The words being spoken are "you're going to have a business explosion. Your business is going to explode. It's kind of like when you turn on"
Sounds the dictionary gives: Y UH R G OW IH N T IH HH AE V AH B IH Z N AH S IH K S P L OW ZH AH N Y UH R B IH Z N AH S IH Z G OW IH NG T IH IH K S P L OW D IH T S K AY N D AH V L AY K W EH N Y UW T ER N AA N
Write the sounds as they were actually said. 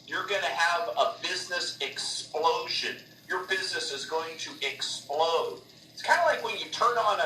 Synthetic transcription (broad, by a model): Y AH R G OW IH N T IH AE V AH B IH Z N AH S IH K S P L OW ZH AH N Y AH R B IH Z N AH S IH Z G OW IH NG T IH IH K S P L OW D IH T S K AY N D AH L AY K W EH N Y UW T ER N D N